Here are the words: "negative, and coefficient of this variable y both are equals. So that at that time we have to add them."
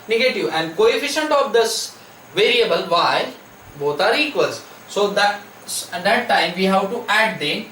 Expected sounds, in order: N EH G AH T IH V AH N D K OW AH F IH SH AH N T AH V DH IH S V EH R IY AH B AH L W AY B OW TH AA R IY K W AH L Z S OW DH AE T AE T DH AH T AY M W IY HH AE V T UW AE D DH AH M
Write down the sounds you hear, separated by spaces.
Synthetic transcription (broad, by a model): N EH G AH T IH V AH N D K OW AH F IH SH AH N T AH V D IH S V EH R IY AH B AH L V AY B OW T AA R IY K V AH L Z S OW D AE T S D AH T AY M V IY HH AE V T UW AE D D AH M